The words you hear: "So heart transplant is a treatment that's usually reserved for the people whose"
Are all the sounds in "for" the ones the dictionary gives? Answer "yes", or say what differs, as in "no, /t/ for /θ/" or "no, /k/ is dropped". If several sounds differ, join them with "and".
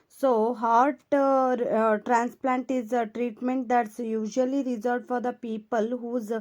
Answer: yes